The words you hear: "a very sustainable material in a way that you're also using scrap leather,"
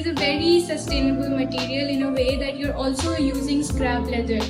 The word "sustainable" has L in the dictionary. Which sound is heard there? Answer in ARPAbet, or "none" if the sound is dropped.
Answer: L